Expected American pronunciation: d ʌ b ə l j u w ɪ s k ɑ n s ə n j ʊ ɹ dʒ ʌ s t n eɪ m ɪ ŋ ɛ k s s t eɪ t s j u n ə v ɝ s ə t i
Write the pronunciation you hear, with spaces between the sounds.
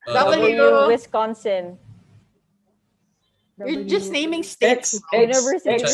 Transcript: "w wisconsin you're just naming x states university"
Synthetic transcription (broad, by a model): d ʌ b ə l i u w ɪ s k ɑ n s ə n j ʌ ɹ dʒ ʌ s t n eɪ m ɪ ŋ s s t eɪ t s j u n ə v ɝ s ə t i